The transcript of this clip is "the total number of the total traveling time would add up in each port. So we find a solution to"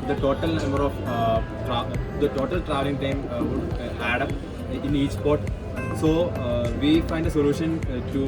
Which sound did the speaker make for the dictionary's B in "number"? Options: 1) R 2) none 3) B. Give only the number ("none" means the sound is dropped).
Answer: 2